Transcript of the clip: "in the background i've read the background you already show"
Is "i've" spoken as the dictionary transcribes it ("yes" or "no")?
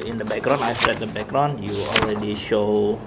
no